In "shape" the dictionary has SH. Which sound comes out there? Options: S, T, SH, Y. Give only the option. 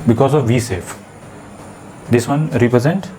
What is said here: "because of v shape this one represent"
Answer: S